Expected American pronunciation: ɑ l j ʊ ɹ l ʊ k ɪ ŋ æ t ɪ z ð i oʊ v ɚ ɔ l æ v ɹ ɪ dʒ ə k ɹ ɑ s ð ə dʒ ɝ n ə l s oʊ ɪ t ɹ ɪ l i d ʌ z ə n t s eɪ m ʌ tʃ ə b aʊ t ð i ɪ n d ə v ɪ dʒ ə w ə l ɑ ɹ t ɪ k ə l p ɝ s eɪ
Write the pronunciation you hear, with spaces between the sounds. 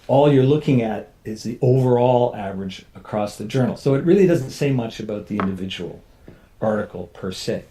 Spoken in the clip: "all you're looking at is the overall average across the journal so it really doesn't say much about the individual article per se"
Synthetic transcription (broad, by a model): ɑ l j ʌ ɹ l ʊ k ɪ ŋ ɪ t ɪ z ð i oʊ v ɚ ɔ l æ v ɹ ɪ dʒ ə k ɹ ɑ s ð ə dʒ ɝ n l s oʊ ɪ t ɹ ɪ l i d ʌ z n t s eɪ m ʌ tʃ ə b aʊ t ð i ɪ n d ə v ɪ dʒ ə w l ɑ ɹ t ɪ k l p ɝ s eɪ